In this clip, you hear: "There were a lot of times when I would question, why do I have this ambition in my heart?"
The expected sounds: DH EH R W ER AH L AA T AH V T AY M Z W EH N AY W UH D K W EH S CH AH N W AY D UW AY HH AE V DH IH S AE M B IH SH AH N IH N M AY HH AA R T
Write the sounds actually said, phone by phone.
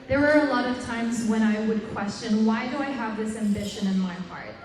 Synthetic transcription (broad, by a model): DH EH R W ER AH L AA T AH V T AY M Z W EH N AY W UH D K W EH S CH AH N W AY D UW AY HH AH V DH IH S AE M B IH SH AH N IH N M AY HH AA R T